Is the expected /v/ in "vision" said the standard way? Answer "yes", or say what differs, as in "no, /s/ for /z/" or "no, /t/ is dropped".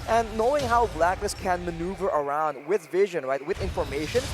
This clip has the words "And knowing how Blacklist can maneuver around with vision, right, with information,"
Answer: yes